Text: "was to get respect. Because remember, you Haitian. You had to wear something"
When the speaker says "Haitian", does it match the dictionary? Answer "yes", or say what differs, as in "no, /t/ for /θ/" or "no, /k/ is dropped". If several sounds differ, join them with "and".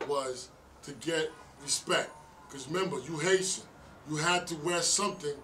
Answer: no, /s/ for /ʃ/